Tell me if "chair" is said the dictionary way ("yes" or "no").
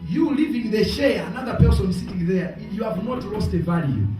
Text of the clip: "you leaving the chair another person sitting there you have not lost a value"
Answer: no